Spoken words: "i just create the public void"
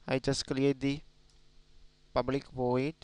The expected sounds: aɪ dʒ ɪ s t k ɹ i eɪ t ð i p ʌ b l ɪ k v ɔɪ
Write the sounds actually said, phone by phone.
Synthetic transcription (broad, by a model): aɪ dʒ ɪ s k l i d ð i p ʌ b l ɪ k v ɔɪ